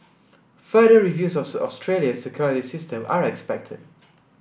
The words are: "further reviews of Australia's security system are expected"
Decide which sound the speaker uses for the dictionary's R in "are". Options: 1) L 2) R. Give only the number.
2